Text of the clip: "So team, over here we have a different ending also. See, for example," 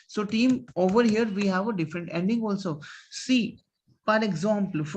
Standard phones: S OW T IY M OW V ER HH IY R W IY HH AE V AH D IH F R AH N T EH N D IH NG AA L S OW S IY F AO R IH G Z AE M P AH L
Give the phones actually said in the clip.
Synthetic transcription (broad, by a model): S OW T IY M OW V ER HH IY R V IY HH AE V AH D IH F R AH N T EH N D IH NG AA L S OW S IY P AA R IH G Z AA M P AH L